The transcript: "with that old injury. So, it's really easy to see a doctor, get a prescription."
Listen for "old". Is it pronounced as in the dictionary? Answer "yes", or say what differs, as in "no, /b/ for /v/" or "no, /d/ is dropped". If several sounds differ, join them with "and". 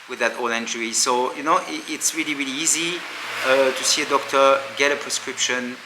no, /d/ is dropped